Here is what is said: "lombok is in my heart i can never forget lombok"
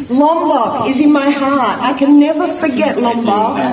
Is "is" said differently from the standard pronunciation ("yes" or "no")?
no